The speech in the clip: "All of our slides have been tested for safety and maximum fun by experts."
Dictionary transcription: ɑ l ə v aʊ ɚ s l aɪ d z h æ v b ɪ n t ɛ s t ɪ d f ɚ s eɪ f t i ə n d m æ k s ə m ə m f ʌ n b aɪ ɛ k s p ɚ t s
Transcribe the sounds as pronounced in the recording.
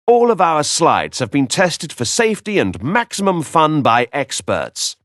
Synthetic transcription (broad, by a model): ɑ l ə v aʊ ɚ s l aɪ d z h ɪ v b ɪ n t ɛ s t ɪ d f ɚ s eɪ f t i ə n m æ k s ə m ə m f ʌ n b aɪ ɛ k s p ɚ t s